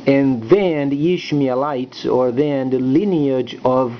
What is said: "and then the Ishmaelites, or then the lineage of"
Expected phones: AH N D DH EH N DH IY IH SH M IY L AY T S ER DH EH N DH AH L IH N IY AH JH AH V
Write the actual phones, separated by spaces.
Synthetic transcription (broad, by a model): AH N DH EH N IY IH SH M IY L AY T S ER DH EH N L IH N IY AH JH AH V